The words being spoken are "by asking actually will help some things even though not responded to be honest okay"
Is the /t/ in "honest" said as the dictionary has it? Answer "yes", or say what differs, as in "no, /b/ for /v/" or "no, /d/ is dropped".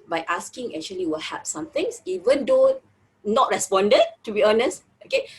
yes